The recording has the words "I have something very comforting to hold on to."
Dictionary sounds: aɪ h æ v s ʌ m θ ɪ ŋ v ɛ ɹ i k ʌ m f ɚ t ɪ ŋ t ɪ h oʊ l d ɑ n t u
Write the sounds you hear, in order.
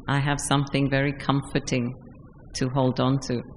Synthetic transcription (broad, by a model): aɪ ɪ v s ʌ m θ ɪ ŋ v ɛ ɹ i k ʌ m f ɚ t ɪ ŋ t ɪ h oʊ l d n t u